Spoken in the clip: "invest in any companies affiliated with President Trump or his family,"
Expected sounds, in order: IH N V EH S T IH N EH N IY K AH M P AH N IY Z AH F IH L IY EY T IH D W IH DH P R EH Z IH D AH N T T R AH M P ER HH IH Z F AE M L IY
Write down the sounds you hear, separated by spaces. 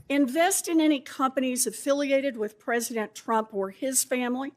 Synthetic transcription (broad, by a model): IH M V EH S T IH N EH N IY K AH M P AH N IY Z AH F IH L IY EY T IH D W IH DH P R EH Z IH D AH N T T R AH M P ER IH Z F AE M L IY